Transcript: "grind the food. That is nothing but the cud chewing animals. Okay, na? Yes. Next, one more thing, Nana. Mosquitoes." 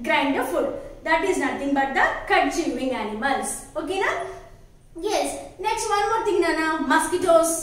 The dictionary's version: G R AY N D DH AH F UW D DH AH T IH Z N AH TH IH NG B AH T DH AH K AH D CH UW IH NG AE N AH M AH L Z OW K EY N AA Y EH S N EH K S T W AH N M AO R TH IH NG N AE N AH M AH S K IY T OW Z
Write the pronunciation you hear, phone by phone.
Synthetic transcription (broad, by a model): G R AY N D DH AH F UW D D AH T IH Z N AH T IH NG B AH T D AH K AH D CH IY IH NG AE N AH M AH L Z OW K EY N AA Y EH S N EH K S T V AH N M AO R T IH NG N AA N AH M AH S K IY T OW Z